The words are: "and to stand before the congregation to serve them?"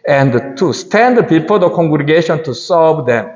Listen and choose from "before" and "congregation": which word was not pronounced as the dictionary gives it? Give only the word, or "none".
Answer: before